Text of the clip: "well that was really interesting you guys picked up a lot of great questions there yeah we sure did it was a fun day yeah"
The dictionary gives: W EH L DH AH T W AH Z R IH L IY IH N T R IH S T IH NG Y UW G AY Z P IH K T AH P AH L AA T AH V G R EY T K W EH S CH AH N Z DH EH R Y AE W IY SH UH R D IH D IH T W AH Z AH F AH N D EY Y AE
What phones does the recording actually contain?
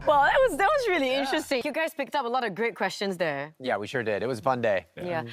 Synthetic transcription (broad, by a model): W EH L DH AH T W AH Z R IH L IY IH N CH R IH S T IH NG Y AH G AY Z P IH K T AH P AH L AA T AH V G R EY T K W EH S CH AH N Z DH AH R Y AE W IY SH UH R D IH D IH T W AH Z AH F AH N D EY Y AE